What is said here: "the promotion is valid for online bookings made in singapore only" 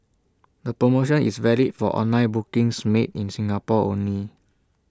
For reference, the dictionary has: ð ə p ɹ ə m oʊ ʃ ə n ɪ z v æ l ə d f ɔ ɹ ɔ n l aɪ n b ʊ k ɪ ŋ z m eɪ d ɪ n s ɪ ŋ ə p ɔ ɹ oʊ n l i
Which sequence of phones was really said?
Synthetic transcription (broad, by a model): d ə p ɹ ə m oʊ ʃ ə n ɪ s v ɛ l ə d f ɔ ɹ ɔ n aɪ b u k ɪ ŋ s m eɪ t ɪ n s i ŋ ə p ɔ oʊ n l i